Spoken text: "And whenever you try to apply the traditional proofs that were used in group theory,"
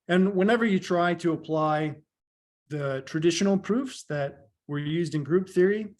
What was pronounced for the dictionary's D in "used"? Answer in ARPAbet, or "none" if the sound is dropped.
D